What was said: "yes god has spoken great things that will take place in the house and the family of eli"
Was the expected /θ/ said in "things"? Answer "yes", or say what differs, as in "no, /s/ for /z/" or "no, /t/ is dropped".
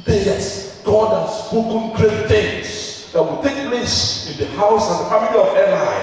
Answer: no, /t/ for /θ/